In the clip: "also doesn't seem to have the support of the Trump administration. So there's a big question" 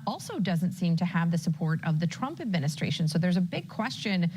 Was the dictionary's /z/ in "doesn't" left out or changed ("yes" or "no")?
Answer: no